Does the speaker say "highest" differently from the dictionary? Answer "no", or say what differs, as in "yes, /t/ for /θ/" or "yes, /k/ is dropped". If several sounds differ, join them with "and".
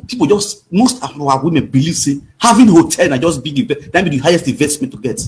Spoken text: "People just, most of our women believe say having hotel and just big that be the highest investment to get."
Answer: no